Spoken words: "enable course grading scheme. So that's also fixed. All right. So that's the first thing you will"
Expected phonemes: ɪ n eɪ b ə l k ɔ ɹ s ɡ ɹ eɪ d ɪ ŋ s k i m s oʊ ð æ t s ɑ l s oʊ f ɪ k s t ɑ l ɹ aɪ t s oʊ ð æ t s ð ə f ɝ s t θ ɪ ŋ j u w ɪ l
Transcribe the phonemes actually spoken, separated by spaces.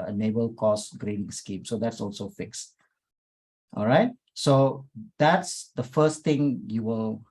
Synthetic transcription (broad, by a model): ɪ n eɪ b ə l k ɔ s ɡ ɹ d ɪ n s k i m s oʊ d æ t s ɑ l s oʊ f ɪ k s t ɑ l ɹ aɪ t s oʊ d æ t s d ə f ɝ s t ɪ ŋ j u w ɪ l